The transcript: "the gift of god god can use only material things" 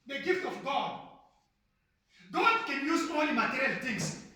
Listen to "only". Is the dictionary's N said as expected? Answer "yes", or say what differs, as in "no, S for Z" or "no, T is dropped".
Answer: no, N is dropped